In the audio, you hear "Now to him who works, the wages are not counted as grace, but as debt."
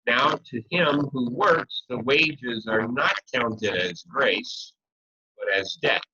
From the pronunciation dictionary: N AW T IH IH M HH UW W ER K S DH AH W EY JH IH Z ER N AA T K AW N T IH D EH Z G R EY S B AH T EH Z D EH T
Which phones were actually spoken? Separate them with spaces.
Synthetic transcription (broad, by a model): N AW T IH IH M HH UW W ER K S DH AH W EY JH IH Z ER N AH T K AW N T IH D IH Z G R EY S B AH T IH Z D EH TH